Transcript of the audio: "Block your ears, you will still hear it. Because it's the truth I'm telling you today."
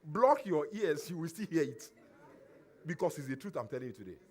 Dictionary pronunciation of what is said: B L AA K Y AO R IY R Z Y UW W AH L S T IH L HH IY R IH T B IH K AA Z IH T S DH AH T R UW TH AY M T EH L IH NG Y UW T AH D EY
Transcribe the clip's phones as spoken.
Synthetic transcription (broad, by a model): B L AA K Y AO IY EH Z Y UW W AH L S T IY L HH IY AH IH T B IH K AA S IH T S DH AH T R UW TH AY M T EH L IH NG Y UW T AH D EY